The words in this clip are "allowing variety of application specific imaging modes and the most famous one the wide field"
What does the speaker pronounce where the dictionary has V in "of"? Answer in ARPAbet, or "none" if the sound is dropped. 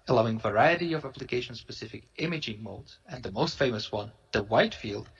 V